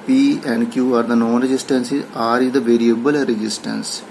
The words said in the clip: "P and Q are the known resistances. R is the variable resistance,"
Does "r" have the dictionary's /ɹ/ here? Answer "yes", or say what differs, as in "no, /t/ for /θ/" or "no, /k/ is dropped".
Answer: yes